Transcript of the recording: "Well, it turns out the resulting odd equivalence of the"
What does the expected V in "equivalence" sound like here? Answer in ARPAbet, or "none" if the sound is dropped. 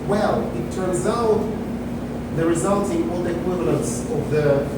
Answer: V